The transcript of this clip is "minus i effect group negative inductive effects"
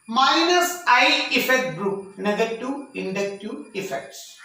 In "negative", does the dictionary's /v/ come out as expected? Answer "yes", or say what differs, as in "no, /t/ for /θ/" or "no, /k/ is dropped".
no, /v/ is dropped